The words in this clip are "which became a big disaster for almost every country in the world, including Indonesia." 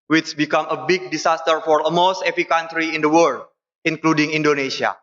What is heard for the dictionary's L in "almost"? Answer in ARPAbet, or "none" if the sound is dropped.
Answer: none